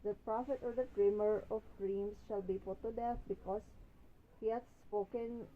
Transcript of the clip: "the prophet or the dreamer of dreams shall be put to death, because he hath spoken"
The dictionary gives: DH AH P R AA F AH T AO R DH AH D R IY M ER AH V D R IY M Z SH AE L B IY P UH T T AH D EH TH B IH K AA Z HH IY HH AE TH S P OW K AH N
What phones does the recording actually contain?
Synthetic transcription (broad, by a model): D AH P R AA F AH T AO R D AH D R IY M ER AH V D R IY M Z SH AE L B IY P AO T T AH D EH F B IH K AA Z HH IY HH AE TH S P OW K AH N